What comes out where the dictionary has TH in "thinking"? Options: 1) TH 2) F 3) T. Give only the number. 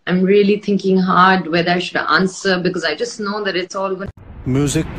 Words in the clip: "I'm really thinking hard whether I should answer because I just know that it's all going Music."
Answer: 3